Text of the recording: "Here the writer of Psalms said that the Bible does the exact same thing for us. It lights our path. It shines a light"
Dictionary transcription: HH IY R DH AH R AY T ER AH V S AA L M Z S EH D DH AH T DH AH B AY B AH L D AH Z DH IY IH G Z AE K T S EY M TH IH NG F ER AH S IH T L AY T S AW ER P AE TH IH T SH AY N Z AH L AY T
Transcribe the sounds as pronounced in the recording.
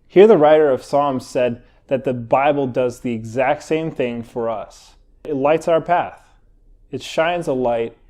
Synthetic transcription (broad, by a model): HH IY R DH AH R AY T ER AH V S AA L M Z S EH D DH AH T DH AH B AY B L D AH Z DH IY IH G Z AE K T S EY M TH IH NG F ER AH S IH T L AY T S AW ER P AE TH IH T SH AY N Z AH L AY T